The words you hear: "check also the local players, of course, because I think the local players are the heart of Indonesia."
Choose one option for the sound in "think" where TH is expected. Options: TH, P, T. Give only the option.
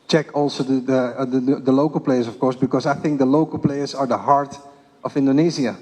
TH